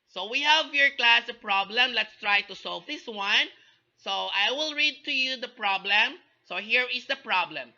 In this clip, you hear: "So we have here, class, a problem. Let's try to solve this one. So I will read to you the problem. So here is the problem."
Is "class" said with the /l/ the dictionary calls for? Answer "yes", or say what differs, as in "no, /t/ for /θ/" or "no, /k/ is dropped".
yes